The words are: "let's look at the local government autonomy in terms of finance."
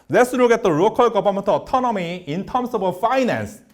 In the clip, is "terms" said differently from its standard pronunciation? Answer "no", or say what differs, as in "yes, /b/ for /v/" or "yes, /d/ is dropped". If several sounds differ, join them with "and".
yes, /s/ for /z/